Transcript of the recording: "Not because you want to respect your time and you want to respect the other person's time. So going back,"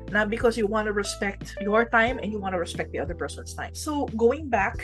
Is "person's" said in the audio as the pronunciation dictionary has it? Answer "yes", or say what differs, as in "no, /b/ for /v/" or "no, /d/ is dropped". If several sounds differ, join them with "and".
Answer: no, /s/ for /z/